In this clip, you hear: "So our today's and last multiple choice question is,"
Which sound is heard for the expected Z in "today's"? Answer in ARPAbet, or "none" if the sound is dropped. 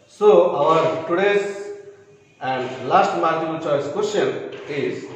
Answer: S